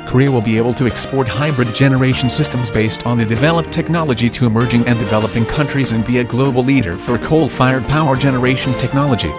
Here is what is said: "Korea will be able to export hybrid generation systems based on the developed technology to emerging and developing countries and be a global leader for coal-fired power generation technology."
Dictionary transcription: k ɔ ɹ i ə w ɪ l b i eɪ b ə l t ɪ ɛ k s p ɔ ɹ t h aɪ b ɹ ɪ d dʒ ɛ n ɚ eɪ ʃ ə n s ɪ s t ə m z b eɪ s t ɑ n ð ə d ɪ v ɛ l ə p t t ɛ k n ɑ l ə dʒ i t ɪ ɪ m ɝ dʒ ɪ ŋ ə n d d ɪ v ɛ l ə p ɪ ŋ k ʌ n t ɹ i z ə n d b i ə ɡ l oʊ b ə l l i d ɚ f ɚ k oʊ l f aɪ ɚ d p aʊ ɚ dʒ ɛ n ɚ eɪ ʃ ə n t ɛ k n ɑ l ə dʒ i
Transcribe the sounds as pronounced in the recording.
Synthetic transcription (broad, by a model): k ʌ ɹ i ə w ɪ l b i eɪ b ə l t ɪ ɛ k s p ɔ ɹ t h aɪ b ɹ ɪ d dʒ ɛ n ɚ eɪ ʃ n s ɪ s t ə m z b eɪ s t n ð ə d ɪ v ɛ l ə p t t ɛ k n ɑ l ə dʒ i t ɪ ɪ m ɝ dʒ ɪ ŋ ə n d d ɪ v ɛ l ə p ɪ ŋ k ʌ n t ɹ i z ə n b i ə ɡ l oʊ b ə l l i d ɚ f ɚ k oʊ l f aɪ ɚ d p aʊ ɚ dʒ ɛ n ɚ eɪ ʃ n t ɛ k n ɑ l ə dʒ i